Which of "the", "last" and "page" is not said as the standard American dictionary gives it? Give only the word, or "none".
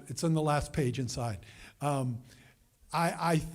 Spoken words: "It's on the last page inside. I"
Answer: none